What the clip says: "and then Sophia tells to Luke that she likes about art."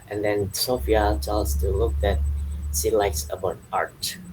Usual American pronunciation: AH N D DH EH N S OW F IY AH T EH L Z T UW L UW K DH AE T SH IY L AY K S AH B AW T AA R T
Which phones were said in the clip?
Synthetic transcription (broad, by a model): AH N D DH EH N S OW F IY AH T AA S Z T UW L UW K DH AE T S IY L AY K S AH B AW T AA R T